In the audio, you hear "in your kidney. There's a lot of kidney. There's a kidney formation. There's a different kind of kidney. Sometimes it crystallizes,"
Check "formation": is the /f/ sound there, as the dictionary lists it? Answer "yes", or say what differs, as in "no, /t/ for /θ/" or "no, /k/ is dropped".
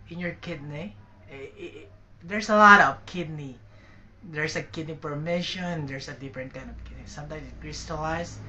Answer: no, /p/ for /f/